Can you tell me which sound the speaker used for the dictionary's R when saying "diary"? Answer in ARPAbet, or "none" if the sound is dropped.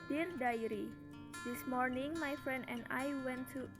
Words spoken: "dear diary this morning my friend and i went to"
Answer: R